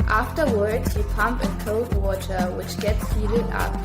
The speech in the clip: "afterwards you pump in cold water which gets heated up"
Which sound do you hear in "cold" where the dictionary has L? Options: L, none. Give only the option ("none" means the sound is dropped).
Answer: none